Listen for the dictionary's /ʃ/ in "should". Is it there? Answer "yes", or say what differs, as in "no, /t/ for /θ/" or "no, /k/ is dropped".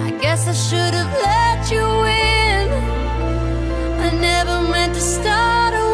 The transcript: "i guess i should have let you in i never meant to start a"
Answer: yes